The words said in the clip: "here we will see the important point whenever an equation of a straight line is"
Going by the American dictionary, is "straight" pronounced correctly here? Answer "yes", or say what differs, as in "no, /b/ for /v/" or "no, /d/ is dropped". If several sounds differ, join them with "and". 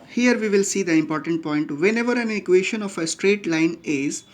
yes